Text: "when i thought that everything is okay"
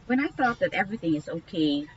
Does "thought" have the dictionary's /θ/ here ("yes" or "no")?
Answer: yes